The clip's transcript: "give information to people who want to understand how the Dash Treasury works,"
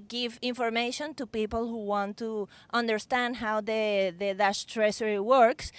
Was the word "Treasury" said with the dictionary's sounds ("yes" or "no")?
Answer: no